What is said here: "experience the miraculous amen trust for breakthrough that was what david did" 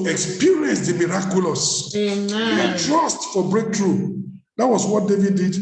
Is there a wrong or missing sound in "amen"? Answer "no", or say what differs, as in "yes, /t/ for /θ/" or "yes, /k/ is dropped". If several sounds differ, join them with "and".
yes, /m/ is dropped